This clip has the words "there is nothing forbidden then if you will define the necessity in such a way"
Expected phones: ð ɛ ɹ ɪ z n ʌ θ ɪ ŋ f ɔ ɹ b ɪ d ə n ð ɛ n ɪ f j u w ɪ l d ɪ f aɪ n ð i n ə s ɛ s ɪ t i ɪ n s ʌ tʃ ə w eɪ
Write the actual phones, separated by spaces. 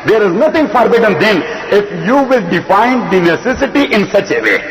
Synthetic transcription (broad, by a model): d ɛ ɹ ɪ z n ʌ t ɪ ŋ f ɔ ɹ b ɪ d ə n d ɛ n ɪ f j u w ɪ l d ɪ f aɪ n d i n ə s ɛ s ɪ t i ɪ n s ʌ tʃ ə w eɪ